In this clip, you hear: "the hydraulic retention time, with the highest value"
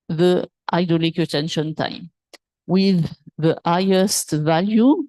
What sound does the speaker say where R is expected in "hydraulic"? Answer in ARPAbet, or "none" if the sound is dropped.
none